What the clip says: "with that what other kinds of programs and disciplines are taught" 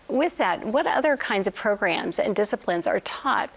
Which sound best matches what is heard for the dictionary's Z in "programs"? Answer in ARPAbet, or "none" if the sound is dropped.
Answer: Z